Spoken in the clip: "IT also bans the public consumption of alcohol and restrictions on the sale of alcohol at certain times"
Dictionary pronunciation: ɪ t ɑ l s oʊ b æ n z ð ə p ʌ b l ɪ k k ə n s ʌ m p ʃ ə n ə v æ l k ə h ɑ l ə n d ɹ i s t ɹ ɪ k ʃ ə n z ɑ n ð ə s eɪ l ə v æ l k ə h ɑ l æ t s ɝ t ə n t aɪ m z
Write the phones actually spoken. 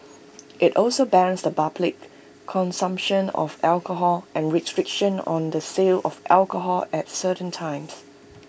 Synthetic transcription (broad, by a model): ɪ t ɑ l s oʊ b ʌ n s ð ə b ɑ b l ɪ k k ə n s ʌ m p ʃ ə n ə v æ l k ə h ɑ l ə n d ɹ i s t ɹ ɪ k ʃ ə n ɑ n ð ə s eɪ l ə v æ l k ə h ɑ l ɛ t s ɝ t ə n t aɪ m s